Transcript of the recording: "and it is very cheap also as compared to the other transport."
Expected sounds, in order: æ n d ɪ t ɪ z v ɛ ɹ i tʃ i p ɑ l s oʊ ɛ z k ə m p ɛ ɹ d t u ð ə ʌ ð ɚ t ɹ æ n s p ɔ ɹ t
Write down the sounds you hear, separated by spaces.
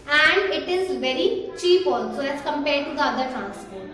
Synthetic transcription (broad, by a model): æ n d ɪ t ɪ z v ɛ ɹ i tʃ i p ɑ l s oʊ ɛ s k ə m p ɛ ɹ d t u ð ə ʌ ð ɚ t ɹ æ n s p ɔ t